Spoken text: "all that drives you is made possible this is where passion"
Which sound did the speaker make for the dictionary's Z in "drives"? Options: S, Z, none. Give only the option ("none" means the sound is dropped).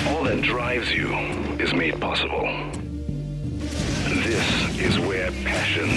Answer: Z